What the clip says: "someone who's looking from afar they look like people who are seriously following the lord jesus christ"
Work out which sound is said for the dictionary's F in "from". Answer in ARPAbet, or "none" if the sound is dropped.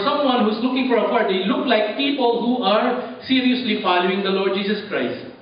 P